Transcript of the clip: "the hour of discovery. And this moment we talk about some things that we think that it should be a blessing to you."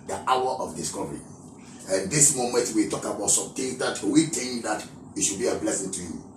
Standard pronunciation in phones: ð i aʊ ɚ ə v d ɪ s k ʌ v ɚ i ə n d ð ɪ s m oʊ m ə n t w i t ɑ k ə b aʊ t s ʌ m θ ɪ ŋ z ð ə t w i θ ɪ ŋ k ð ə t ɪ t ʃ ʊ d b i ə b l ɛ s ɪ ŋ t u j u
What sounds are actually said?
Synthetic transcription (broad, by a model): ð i aʊ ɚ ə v d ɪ s k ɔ v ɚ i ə n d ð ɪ s m oʊ m ə n t w i t ɑ k ə b aʊ t s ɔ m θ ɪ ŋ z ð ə t w i t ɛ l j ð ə t ɪ t ʃ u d b i ə b l ɛ s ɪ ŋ t u j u